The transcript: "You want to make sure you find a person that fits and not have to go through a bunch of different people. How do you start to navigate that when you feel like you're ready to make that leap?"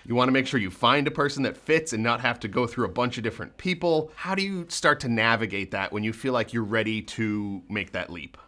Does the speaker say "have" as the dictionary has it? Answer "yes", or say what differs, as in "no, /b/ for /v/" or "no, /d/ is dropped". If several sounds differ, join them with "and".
no, /f/ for /v/